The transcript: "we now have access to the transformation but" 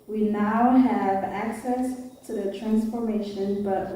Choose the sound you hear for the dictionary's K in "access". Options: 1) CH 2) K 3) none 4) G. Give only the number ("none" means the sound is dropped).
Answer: 2